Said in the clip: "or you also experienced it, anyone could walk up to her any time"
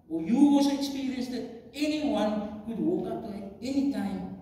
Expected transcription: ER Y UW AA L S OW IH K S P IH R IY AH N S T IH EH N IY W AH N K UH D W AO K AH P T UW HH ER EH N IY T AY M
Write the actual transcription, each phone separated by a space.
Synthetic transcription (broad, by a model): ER Y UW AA S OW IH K S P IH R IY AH N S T IH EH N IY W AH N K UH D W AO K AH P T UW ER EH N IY T AY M